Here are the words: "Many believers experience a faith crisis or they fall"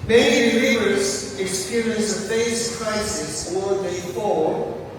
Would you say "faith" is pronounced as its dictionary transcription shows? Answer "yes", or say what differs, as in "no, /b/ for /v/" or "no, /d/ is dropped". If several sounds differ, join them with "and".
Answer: no, /s/ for /θ/